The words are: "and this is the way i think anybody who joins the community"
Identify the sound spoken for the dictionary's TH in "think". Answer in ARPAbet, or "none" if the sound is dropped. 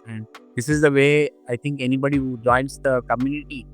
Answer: T